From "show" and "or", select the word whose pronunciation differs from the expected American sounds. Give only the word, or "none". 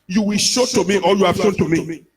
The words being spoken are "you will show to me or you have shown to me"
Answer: or